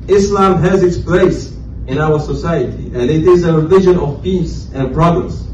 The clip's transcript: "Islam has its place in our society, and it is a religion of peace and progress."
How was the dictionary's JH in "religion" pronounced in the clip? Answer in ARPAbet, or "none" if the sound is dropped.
ZH